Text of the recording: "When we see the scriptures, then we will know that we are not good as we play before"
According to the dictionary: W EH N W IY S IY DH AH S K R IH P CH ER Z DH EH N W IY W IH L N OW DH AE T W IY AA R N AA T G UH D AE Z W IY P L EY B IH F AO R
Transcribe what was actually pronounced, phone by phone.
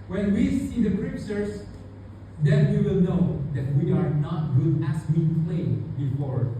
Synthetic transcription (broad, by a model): W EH N W IY S IY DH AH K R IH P S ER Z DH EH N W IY W IH L N OW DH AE T W IY AA R N AA T G UH D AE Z W IY P L EY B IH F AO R